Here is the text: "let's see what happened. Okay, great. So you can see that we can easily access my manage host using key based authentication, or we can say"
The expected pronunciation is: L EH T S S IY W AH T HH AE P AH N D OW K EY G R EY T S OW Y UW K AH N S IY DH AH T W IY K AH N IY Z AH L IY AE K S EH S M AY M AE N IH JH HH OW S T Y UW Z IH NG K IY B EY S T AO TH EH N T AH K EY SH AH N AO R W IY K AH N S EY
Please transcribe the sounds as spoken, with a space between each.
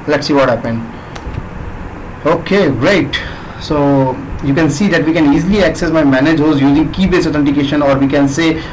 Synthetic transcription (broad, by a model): L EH T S S IY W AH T HH AE P AH N D OW K EY R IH T S OW Y UW K AH N S IY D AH T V IY K AH N IY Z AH L IY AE K S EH S M AY M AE N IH JH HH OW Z Y UW Z IH NG K IY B EY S AO T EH N T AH K EY SH AH N AO R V IY K AH N S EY